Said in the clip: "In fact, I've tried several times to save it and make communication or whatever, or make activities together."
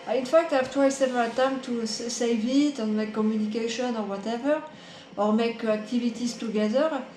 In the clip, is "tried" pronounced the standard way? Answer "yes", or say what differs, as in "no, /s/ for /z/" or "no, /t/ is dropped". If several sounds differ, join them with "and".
no, /w/ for /ɹ/